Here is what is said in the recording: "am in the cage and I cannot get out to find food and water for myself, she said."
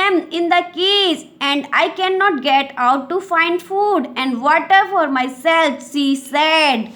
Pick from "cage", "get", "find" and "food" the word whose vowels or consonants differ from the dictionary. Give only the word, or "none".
cage